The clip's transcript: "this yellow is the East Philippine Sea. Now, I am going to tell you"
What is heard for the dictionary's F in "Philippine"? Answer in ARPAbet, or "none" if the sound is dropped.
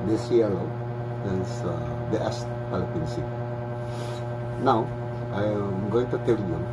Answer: P